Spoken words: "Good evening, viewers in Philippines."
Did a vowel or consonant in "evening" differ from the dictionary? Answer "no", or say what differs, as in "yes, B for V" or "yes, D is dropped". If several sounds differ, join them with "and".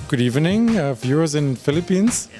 no